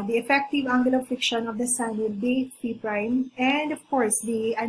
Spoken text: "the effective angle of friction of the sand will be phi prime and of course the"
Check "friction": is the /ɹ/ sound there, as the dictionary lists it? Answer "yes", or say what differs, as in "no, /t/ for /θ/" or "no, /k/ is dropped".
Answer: no, /ɹ/ is dropped